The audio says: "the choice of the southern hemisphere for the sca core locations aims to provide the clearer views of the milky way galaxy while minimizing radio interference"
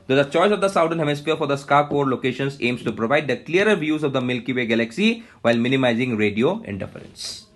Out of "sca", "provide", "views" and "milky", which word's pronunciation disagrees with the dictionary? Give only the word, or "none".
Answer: none